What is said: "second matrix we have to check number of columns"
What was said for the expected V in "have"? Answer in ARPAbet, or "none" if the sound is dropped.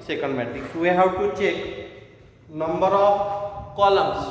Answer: W